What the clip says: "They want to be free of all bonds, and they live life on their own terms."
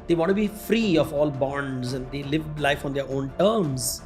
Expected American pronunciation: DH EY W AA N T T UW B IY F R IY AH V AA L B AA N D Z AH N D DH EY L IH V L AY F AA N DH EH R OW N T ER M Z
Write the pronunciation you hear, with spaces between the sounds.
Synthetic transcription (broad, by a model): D EY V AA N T T UW B IY F R IY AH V AA L B AA N D Z AH N D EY L IH V L AY F AA N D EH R OW N T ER M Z